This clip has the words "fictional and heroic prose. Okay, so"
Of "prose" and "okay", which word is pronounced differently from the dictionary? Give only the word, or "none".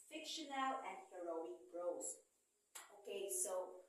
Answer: prose